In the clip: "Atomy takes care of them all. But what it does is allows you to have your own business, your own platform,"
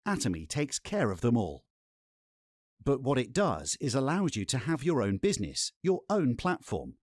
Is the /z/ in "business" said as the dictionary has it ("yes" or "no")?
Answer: yes